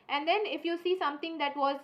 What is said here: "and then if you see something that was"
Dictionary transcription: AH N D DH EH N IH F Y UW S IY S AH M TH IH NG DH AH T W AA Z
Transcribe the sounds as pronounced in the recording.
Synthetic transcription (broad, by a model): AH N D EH N IH F Y UW S IY S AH M T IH NG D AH T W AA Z